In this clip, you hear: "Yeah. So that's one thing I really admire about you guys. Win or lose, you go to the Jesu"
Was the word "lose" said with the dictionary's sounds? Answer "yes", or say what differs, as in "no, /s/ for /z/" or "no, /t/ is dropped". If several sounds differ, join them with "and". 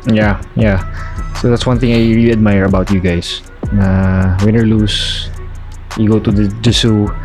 no, /s/ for /z/